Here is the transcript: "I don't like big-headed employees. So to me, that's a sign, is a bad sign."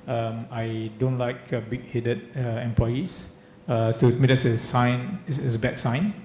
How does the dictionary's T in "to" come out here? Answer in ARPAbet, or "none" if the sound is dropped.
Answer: S